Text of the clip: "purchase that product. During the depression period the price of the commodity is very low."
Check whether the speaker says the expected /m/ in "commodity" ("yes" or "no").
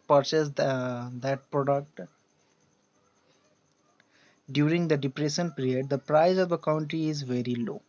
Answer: no